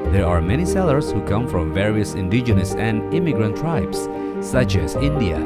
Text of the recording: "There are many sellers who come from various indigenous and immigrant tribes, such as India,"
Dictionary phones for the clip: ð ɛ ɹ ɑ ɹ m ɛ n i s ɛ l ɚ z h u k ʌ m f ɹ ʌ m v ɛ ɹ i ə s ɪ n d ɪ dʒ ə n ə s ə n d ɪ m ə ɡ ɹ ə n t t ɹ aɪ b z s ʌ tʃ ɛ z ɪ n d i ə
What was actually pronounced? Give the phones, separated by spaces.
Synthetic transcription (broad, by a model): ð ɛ ɹ ɑ ɹ m ɛ n i s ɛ l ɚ s h u k ʌ m f ɹ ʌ m v ɛ ɹ i ə s ɪ n d ɪ dʒ ə n ə s ə n d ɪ m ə ɡ ɹ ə n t t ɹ aɪ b s ʌ tʃ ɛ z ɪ n d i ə